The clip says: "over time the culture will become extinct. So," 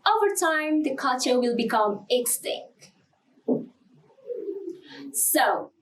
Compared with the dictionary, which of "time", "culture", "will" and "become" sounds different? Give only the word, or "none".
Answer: culture